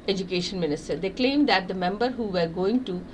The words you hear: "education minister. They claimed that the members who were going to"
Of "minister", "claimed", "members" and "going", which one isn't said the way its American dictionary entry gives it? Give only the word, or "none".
members